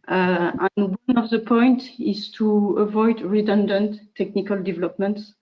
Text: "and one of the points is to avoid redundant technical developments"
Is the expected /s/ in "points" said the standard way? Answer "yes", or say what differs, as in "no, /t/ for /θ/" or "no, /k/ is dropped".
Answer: no, /s/ is dropped